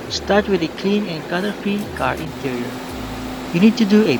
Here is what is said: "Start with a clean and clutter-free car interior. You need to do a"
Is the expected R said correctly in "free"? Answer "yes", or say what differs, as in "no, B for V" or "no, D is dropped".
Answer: no, R is dropped